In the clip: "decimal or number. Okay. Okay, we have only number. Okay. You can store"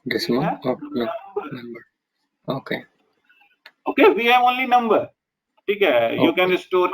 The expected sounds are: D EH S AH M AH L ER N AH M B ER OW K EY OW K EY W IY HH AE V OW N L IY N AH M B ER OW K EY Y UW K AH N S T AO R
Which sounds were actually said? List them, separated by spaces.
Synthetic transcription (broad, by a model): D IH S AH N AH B ER N AH M B ER OW K EY OW K EY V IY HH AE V OW N L IY N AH M B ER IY K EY Y UW K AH N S T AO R